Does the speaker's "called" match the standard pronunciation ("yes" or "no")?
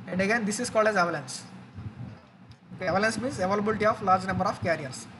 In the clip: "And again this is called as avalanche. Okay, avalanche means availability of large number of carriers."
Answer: yes